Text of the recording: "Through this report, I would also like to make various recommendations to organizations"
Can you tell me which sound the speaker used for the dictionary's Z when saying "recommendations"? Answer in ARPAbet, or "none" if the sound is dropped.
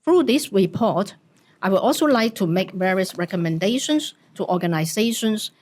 S